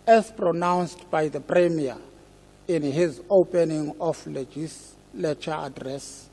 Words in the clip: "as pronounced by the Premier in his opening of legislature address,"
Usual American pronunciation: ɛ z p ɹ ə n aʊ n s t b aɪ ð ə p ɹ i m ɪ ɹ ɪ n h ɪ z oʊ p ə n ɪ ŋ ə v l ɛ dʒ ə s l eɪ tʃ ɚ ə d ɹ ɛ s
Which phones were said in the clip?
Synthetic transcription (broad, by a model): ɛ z p ɹ ə n aʊ n s t b aɪ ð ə p ɹ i m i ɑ ɪ n h ɪ z oʊ p ə n ɪ ŋ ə f l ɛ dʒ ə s l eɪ tʃ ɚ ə d ɹ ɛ s